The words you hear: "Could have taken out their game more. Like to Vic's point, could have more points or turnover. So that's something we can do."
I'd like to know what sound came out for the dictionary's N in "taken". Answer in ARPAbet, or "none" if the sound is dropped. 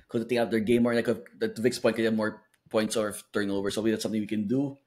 none